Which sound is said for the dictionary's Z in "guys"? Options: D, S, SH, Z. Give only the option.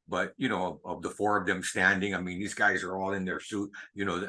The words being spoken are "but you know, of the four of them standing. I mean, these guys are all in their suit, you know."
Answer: Z